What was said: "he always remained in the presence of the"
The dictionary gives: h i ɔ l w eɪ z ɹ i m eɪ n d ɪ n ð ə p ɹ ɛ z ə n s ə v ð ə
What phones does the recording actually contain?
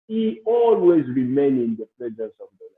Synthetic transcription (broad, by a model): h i ɔ l w eɪ z ɹ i m eɪ n ɪ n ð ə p l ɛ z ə s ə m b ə